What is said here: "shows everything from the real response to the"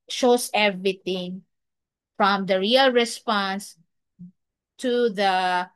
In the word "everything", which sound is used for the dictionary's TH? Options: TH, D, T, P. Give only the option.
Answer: T